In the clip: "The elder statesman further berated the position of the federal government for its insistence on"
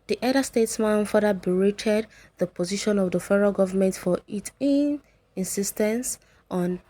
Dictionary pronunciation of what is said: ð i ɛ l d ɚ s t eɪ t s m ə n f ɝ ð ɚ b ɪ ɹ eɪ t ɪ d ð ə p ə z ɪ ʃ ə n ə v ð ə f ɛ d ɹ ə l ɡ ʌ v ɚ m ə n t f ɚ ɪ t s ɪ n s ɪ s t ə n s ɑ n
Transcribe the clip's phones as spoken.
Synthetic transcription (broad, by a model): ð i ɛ d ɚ s t eɪ t s m ə n f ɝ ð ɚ b ɪ ɹ eɪ t ɪ d ð ə p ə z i ʃ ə n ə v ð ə f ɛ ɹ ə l ɡ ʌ v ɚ m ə n t f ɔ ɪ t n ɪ n s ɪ s t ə n s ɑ n